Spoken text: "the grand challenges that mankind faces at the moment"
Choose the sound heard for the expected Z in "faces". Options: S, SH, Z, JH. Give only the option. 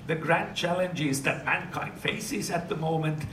Z